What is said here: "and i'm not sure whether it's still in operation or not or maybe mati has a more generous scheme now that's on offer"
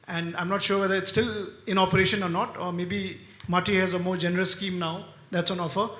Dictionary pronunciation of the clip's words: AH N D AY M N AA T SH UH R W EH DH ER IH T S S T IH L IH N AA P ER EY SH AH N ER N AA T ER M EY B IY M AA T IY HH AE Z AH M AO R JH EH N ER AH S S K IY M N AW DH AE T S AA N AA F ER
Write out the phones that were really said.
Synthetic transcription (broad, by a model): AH N D AY M N AA T SH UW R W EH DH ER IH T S S T IH L IH N AA P ER EY SH AH N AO N AA T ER M EY B IY M AA T IY HH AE Z AH M AO R JH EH N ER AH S S K IY M N AW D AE T S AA N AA F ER